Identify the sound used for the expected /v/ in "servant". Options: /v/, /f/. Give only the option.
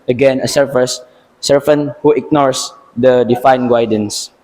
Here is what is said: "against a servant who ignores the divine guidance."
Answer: /f/